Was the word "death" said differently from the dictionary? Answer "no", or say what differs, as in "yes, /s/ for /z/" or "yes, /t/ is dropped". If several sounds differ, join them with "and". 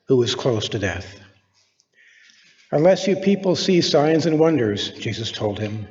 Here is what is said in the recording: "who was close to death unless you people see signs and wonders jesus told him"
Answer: no